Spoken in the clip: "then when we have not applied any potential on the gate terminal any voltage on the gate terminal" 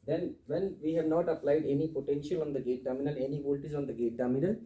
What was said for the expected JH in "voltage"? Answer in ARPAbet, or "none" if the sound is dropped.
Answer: Z